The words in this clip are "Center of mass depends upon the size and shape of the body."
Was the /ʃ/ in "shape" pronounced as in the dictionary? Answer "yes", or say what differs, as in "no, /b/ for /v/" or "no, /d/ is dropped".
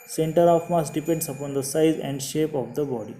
yes